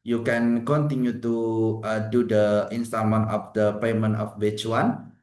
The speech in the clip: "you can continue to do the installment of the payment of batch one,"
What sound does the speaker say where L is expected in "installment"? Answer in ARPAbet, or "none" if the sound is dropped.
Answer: none